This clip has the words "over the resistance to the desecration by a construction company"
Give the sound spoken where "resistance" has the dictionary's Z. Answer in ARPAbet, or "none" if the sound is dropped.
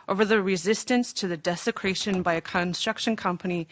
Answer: Z